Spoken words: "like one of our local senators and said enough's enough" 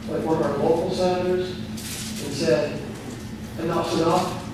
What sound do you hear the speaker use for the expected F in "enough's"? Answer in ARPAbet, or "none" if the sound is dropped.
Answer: P